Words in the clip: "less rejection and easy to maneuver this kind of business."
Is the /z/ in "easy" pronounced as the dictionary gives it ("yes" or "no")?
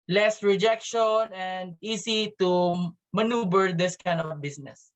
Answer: no